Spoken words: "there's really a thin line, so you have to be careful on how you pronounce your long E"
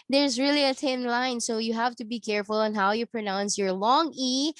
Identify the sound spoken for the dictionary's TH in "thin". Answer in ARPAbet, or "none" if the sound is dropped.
T